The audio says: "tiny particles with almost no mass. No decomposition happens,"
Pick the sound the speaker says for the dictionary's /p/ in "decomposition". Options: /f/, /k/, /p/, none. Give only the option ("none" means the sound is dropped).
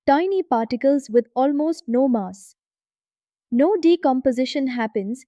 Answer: /p/